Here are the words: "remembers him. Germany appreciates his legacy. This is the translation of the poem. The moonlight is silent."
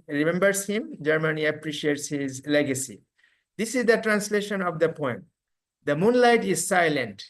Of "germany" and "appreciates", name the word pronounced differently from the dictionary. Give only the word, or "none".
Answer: none